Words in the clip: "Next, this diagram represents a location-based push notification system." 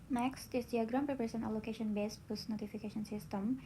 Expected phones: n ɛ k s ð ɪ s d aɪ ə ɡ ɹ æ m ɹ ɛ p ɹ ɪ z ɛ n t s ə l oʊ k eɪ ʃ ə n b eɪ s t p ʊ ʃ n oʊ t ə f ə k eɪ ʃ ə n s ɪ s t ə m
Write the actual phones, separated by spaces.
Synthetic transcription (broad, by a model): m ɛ k s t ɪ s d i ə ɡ ɹ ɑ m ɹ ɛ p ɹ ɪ s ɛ n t ə l oʊ k eɪ ʃ ə n b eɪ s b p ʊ s n oʊ t ə f ə k eɪ ʃ ə n s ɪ s t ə m